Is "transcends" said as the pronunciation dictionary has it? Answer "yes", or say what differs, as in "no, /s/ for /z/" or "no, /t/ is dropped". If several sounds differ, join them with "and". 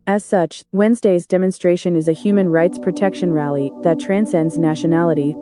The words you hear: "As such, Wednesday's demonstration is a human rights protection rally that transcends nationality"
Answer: yes